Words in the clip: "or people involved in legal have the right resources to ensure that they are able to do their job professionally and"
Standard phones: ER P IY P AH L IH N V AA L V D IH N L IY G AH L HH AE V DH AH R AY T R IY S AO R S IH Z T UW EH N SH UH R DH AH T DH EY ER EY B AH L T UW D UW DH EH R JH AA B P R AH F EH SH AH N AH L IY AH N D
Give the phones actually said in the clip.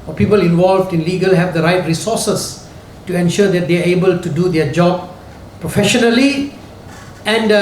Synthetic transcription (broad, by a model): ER P IY P AH L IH N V AA L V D IH N L IY G AH L HH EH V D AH R AY T R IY S AO S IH S T UW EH N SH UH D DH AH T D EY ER EY B AH L T UW D UW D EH JH AA B P R AH F EH SH AH N AH L IY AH N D